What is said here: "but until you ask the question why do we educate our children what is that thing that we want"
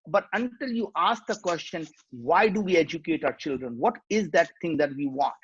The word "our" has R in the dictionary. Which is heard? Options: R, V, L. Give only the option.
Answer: R